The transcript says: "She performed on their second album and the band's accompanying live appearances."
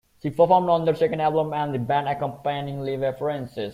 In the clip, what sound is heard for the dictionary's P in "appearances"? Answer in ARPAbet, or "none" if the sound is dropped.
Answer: F